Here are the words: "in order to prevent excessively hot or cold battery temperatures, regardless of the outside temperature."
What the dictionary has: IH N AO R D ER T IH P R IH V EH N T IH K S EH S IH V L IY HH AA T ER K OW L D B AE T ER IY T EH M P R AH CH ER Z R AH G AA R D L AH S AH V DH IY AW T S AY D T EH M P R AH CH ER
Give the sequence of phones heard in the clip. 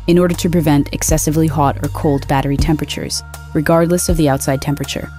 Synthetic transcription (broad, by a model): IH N AO R D ER T IH P R IH V EH N T IH K S EH S IH V L IY HH AA T ER K OW L D B AE T ER IY T EH M P R AH CH ER Z R AH G AA R D L AH S AH V DH IY AW T S AY D T EH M P R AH CH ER